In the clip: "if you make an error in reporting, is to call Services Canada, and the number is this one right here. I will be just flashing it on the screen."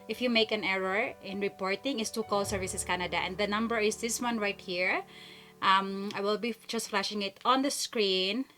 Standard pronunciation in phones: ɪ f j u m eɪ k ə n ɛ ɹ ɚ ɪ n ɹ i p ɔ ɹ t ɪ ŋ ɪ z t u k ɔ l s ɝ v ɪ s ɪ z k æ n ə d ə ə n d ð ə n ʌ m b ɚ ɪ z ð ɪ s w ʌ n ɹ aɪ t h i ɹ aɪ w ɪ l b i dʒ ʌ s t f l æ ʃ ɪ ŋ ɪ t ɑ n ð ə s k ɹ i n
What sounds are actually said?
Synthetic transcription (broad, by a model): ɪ f j u m eɪ k ə n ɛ ɹ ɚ ɪ n ɹ i p ɔ ɹ t ɪ ŋ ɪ s t u k ɔ l s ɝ v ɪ s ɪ s k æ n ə d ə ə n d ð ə n ʌ m b ɚ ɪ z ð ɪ s w ʌ n ɹ aɪ t h i ɹ aɪ w ɪ l b i dʒ ʌ s t f l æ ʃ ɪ ŋ ɪ t ɑ n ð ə s k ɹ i n